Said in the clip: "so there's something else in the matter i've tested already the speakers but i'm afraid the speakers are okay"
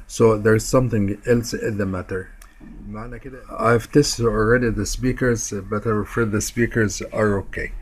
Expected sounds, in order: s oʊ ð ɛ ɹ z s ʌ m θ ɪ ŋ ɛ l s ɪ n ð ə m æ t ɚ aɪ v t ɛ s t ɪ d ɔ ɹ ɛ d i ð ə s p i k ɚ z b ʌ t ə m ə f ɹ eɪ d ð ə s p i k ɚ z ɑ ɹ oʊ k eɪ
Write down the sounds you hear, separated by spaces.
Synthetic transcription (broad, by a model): s oʊ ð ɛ ɹ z s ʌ m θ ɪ ŋ ɛ l s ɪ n ð ə m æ t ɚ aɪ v t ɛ s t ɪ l ɹ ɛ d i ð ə s p i k ɚ z b ʌ t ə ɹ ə f eɪ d ð ə s p i k ɚ z ɑ ɹ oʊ k eɪ